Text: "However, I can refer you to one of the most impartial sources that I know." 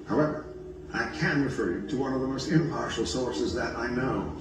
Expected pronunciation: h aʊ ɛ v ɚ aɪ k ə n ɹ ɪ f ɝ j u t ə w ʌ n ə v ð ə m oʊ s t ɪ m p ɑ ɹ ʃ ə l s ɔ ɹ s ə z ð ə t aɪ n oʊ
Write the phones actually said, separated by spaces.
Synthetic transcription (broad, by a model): h aʊ ɛ v ɚ aɪ k ə n ɹ ɪ f ɝ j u t ə w ʌ n ə v ð ə m oʊ s t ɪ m p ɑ ɹ ʃ l s ɔ ɹ s ə z ð ə t aɪ n oʊ